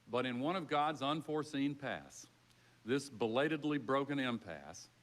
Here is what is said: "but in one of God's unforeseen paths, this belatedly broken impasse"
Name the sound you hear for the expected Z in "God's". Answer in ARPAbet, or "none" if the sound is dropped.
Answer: Z